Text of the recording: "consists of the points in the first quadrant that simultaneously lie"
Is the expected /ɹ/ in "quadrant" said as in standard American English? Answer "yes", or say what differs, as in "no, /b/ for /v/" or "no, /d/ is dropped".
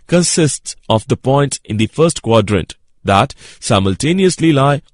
yes